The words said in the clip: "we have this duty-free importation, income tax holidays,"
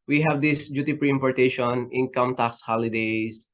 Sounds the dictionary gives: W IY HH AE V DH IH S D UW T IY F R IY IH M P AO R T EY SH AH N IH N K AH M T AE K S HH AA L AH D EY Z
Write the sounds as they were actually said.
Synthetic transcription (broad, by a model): W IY HH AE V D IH S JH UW T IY P R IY IH M P AO R T EY SH AH N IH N K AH M T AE K S HH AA L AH D EY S